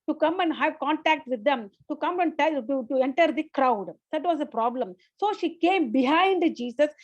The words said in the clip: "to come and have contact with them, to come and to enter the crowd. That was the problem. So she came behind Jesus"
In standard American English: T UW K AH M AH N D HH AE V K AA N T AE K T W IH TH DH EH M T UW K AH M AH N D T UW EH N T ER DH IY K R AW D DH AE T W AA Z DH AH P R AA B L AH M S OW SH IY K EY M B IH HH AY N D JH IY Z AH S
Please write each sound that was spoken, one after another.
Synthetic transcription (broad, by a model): T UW K AH M AH N D HH AE V K AA N T AE K T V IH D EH M T UW K AH M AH N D T UW EH N T ER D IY K R AW D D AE T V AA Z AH P R AA B L AH M S OW SH IY K EY M B IH HH AY N D JH IY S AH S